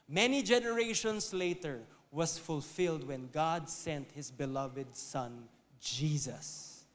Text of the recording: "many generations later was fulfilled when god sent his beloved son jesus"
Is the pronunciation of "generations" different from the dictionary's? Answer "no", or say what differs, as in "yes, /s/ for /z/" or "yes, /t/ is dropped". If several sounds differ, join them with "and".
yes, /s/ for /z/